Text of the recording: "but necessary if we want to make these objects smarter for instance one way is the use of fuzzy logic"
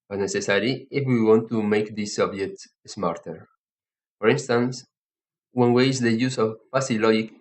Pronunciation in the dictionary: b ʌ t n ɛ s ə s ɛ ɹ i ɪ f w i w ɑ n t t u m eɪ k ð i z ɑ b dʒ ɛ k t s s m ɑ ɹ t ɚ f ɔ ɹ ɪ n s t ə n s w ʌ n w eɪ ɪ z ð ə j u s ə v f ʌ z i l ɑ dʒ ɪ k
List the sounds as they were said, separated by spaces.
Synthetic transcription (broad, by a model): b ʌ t n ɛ s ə s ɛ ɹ i ɪ f w i w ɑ n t t u m eɪ k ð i s ɑ b dʒ ɛ k t s s m ɑ ɹ t ɚ f ɔ ɹ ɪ n s t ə n s w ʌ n w eɪ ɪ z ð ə j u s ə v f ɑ s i l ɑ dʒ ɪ k